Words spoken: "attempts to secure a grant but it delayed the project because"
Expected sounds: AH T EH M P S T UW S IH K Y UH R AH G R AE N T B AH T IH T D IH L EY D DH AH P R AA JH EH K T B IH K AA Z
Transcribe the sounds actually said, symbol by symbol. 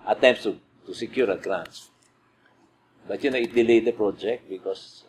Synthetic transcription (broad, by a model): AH T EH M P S T UW S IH K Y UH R AH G R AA N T B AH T IH T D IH L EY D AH P R AA JH EH K T B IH K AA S